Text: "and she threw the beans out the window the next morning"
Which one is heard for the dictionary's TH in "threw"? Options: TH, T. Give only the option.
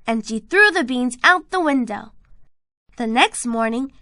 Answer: TH